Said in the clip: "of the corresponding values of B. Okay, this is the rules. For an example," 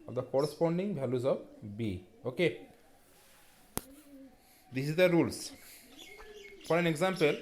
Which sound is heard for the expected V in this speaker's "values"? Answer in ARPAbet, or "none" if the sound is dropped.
B